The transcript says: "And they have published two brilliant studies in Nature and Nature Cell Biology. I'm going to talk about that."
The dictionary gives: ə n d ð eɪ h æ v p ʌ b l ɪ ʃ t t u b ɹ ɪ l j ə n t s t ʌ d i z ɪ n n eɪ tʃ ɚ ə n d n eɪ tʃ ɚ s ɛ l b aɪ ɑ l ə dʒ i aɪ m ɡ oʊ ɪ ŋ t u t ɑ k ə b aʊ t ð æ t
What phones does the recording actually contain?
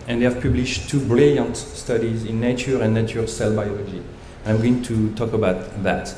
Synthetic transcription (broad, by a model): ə n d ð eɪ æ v p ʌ b l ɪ ʃ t t u b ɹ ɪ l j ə n t s t ʌ d i z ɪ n n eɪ tʃ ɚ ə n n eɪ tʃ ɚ s ɛ l b aɪ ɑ l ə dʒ i aɪ m ɡ oʊ ɪ ŋ t u t ɑ k ə b aʊ t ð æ t